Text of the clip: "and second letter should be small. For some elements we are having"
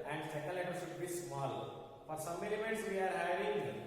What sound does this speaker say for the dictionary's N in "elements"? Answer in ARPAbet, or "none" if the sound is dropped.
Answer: none